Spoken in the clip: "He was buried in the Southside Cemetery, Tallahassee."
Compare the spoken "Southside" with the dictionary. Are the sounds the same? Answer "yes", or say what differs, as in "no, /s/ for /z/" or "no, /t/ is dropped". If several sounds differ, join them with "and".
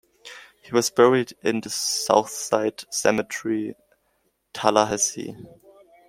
yes